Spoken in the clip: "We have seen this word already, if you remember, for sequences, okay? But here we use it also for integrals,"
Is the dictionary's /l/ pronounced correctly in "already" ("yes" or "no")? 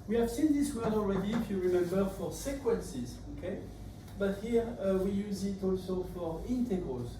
yes